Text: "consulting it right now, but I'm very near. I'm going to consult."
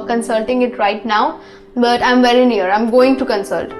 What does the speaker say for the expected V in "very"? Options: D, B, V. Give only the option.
V